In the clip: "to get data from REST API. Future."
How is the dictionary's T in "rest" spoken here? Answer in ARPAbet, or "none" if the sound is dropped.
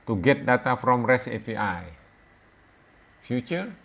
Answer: none